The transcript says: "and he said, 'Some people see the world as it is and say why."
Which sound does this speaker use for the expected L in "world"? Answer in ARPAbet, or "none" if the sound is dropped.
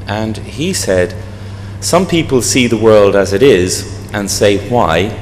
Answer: L